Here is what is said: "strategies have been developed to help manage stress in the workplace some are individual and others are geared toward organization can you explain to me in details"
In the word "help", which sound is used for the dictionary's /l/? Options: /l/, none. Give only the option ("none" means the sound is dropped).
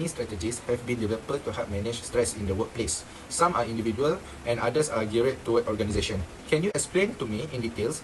none